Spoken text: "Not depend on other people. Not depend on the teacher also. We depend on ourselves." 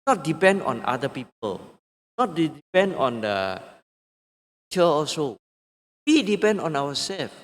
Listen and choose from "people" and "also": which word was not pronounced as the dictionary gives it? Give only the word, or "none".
also